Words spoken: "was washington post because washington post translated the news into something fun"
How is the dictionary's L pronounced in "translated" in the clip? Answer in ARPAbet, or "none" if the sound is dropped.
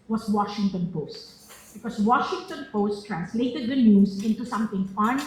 L